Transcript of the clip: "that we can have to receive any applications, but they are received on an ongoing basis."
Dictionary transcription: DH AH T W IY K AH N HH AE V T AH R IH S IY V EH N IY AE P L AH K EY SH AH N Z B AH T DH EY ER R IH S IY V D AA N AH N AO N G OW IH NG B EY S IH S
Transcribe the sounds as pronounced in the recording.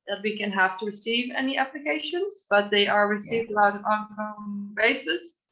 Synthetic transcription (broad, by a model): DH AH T W IY K AH N HH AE F T AH R IH S IY V EH N IY AE P L AH K EY SH AH N Z B AH T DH EY ER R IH S IY V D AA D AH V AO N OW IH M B EY S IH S